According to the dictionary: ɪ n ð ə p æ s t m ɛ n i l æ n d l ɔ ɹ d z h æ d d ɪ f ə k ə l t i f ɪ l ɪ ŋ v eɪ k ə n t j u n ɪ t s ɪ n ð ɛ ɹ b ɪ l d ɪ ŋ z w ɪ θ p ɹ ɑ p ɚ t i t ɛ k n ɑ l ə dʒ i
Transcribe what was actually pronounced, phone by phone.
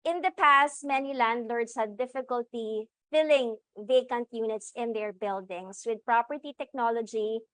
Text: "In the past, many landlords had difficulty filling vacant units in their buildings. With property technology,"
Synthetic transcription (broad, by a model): ɪ n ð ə p æ s t m ɛ n i l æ n d l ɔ ɹ d s h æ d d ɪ f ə k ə l t i f ɪ l ɪ ŋ v eɪ k ə n t j u n ɪ t s ɪ n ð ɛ ɹ b ɪ l d ɪ ŋ s w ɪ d p ɹ ɑ p ɚ t i t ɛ k n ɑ l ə dʒ i